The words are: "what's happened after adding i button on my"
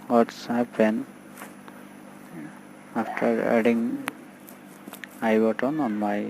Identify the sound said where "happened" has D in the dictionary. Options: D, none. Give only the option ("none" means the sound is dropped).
none